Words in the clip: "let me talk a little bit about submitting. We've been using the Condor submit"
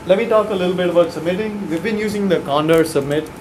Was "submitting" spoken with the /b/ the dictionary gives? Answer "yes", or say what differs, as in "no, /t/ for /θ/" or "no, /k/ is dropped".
yes